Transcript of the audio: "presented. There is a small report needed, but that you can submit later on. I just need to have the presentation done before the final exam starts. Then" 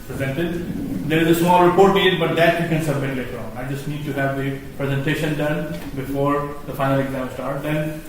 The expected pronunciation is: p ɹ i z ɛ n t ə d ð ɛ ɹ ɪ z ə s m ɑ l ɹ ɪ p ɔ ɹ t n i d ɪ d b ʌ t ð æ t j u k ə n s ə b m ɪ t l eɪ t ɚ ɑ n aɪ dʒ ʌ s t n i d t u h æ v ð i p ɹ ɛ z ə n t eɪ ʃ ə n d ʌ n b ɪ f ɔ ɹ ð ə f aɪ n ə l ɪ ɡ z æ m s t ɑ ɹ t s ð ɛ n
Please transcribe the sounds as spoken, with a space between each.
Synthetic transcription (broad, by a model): p ɹ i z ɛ n t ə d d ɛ ɹ ɪ z ə s m ɑ l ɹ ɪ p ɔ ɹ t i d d b ʌ t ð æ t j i k ə n s ə b m ɪ t l eɪ t ɚ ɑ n aɪ dʒ ʌ s t n i d t u h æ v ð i p ɹ ɛ z ə n t eɪ ʃ ə n d ʌ n b ɪ f ɔ ɹ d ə f aɪ n ə l ɪ ɡ z æ m s t ɑ ɹ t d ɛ n